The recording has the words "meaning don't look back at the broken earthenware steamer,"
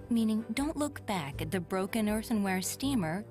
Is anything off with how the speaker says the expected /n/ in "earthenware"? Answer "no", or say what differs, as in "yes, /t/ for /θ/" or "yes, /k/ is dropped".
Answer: no